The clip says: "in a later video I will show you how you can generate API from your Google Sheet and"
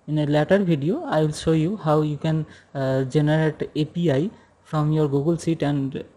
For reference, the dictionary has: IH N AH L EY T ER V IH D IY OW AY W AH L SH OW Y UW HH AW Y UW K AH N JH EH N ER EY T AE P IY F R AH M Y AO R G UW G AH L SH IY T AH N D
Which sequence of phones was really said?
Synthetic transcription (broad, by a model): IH N AH L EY T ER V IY D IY OW AY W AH L SH OW Y UW HH AW Y UW K AH N JH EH N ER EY T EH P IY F R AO M Y AO R G UW G AH L S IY T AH N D